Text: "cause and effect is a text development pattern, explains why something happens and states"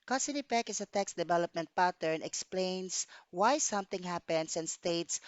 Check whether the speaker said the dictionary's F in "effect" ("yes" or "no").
no